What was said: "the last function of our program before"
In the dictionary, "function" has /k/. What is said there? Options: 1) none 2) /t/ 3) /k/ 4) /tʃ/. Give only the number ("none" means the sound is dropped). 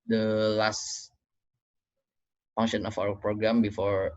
1